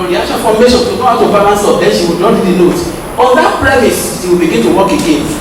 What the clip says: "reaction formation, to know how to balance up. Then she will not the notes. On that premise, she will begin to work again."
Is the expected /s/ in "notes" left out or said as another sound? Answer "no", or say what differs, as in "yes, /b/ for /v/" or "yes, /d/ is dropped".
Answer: yes, /s/ is dropped